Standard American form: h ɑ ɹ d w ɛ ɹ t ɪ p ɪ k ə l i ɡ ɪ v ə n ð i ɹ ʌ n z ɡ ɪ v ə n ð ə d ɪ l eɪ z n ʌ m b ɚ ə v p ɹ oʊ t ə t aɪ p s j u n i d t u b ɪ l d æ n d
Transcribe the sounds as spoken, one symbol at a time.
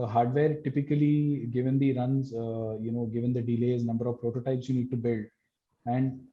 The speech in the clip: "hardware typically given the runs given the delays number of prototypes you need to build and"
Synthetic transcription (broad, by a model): h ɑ ɹ d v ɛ ɹ t ɪ p ɪ k ə l i ɡ ɪ v ə n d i ɹ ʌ n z ɡ ɪ v ə n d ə d ɪ l eɪ z n ʌ m b ɚ ə v p ɹ oʊ t ə t aɪ p s j u n i d t u b ɪ l d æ n d